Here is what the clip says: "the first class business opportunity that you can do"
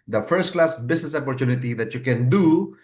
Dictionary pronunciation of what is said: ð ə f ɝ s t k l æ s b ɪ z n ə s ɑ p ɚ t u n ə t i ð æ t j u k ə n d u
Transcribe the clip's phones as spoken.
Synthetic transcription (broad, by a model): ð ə f ɝ s t k l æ s b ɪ s n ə s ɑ p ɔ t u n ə t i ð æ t j u k ə n d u